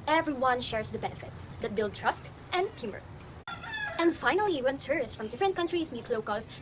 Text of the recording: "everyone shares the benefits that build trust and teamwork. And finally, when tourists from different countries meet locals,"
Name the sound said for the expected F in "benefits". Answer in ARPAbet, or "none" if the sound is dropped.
F